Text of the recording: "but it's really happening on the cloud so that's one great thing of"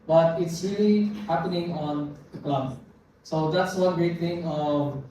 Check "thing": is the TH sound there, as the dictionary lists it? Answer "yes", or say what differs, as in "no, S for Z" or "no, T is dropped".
no, T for TH